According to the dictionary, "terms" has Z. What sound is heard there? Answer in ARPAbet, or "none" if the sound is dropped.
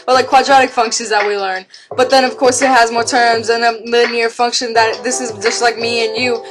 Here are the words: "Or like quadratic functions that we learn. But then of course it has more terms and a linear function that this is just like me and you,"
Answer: Z